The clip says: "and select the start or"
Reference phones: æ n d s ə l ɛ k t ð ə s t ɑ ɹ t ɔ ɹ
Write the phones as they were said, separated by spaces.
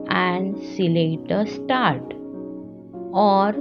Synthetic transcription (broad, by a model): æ n d s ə l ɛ t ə s t ɑ ɹ t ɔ ɹ